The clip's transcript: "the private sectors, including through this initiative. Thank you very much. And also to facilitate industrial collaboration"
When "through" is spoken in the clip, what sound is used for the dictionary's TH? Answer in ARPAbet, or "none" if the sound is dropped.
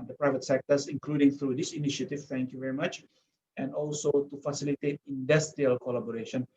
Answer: T